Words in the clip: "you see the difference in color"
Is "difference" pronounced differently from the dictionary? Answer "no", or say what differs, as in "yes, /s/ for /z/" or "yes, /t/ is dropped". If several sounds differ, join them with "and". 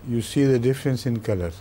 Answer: no